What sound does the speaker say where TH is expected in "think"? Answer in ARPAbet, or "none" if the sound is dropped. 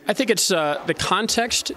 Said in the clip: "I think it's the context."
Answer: TH